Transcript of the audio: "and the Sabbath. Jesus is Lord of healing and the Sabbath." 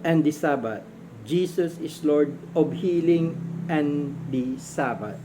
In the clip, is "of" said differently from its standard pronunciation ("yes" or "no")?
yes